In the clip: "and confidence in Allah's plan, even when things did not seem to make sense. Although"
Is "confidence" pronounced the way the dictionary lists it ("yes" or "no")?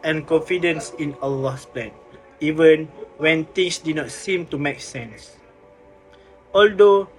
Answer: yes